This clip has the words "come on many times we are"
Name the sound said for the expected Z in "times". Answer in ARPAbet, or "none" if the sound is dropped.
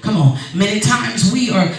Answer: Z